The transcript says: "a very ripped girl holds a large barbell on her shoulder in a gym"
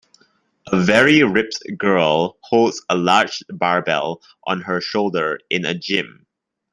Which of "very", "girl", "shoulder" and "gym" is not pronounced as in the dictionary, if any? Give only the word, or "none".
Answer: none